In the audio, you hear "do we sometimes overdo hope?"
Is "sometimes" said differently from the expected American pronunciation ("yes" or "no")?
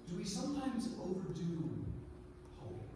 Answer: no